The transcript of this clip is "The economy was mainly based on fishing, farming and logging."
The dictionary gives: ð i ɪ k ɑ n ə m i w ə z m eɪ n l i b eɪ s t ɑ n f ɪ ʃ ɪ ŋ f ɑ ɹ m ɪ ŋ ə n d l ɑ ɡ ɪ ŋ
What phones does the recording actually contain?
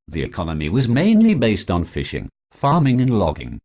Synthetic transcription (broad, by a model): ð i ɪ k ɑ n ə m i w ə z m eɪ n l i b eɪ s t n f ɪ ʃ ɪ ŋ f ɑ ɹ m ɪ ŋ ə n l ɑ ɡ ɪ ŋ